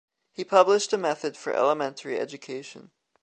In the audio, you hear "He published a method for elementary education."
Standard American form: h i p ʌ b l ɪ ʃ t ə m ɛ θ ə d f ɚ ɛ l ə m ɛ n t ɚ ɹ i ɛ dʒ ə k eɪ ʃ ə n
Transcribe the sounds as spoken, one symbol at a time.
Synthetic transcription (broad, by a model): h i p ʌ b l ɪ ʃ t ə m ɛ θ ə d f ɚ ɛ l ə m ɛ n t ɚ ɹ i ɛ dʒ ə k eɪ ʃ ə n